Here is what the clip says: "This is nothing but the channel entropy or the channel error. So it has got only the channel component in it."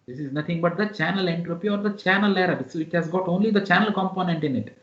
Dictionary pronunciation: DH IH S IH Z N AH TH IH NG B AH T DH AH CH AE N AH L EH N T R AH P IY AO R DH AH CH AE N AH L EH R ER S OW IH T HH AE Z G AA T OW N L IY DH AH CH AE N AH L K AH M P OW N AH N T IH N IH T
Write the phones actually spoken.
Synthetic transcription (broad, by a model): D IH S IH Z N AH T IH NG B AH T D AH CH AE N AH L EH N T R AH P IY AO R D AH CH AE N AH L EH R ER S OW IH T HH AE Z G AA T OW N L IY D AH CH AE N AH L K AH M P OW N AH N T IH N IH T